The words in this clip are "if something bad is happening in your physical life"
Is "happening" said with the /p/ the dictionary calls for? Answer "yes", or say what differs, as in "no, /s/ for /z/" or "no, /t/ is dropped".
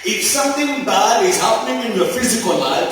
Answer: yes